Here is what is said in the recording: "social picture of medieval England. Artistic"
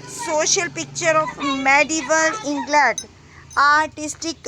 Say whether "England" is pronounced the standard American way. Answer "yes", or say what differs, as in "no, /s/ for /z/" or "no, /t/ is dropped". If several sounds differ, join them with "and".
no, /n/ is dropped